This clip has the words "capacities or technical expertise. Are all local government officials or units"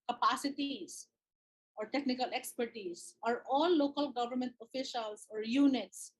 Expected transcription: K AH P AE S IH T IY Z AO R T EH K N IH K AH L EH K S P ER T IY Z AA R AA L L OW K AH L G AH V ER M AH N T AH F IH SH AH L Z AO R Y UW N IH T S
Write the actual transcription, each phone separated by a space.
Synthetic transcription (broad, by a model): K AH P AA S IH T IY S AO R T EH K N IH K AH L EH K S P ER T IY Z AA R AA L L OW K AH L G AH V ER M AH N T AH F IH SH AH L S AO R Y UW N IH T S